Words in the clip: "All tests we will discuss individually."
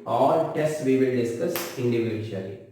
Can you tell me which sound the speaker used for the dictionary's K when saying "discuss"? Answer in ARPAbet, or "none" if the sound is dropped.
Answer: none